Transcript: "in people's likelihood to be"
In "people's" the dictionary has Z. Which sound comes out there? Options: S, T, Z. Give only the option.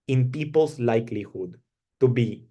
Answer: S